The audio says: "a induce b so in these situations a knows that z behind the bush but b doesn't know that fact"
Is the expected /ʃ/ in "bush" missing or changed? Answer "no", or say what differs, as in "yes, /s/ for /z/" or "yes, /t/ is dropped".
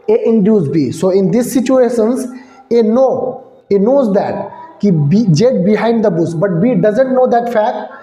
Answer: yes, /s/ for /ʃ/